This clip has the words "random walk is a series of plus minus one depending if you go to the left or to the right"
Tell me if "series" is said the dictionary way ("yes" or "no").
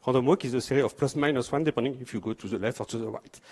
no